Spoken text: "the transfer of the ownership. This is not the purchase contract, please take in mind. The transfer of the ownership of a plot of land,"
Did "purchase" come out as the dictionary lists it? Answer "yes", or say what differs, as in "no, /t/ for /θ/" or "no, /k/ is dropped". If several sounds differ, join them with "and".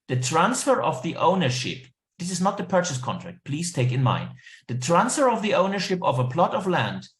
yes